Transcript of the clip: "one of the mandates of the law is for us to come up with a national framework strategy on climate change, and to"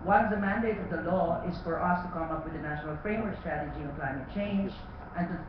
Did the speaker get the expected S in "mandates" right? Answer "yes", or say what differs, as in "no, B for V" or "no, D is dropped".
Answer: no, S is dropped